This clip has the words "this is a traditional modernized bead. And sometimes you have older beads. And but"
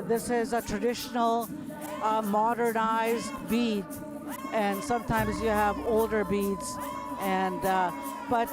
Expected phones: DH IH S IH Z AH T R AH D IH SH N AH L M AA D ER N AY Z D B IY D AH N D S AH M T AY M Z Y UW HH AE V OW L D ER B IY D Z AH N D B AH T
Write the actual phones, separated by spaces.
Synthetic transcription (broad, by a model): DH IH S IH Z AH T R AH D IH SH N L M AA D ER N AY Z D B IY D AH N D S AH M T AY M Z Y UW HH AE V OW L D ER B IY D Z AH N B AH T